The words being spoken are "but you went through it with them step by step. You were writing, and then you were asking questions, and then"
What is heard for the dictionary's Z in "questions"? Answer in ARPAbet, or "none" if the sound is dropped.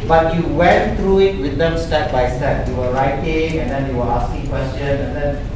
none